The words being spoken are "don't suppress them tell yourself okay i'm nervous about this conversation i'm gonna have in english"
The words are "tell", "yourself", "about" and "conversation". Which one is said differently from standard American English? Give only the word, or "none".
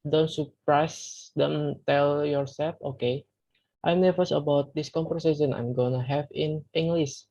conversation